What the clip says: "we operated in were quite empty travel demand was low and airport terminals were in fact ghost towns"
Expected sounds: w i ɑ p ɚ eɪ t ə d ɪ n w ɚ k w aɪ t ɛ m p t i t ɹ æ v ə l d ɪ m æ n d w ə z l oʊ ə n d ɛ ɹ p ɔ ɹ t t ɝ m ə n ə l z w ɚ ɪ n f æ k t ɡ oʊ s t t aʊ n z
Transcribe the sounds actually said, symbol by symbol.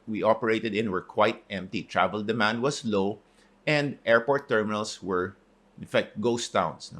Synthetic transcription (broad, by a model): w i ɑ p ɚ eɪ t ə d ɪ n w ɚ k w aɪ t ɛ m p t i t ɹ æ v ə l d ɪ m æ n d w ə s l oʊ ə n d ɛ ɹ p ɔ ɹ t t ɝ m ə n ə l s w ɚ ɪ n f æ k t ɡ oʊ s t t aʊ n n